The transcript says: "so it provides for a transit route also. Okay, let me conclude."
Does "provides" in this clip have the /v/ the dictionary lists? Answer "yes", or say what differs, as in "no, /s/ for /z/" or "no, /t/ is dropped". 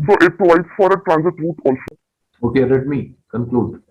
no, /v/ is dropped